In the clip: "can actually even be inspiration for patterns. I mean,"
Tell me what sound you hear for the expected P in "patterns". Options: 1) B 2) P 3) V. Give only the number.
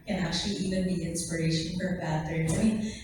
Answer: 1